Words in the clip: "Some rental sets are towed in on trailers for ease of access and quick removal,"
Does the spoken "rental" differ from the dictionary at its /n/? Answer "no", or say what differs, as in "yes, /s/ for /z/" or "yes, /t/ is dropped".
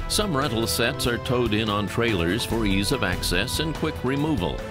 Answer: yes, /n/ is dropped